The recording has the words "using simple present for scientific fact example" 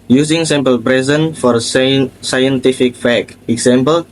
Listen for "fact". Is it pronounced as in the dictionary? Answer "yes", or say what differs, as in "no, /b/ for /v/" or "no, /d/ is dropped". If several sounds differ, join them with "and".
no, /t/ is dropped